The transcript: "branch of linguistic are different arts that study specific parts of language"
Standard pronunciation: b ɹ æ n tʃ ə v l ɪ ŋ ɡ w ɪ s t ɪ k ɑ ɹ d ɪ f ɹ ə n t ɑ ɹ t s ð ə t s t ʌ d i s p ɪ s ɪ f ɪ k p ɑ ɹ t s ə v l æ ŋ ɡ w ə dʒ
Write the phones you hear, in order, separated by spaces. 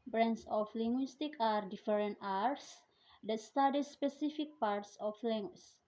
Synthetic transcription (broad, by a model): b ɹ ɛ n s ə f l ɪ ŋ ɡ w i s t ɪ k ɑ ɹ d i f ɹ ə n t ɑ ɹ t s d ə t s t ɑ d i s p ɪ s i f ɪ k p ɑ ɹ t s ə f l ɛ ŋ ɡ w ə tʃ